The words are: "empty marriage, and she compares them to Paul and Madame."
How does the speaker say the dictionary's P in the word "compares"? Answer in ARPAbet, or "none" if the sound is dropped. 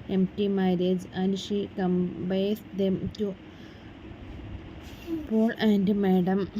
B